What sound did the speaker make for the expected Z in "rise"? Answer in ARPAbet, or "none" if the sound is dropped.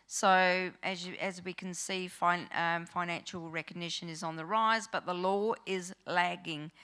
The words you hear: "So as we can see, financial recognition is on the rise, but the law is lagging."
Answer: Z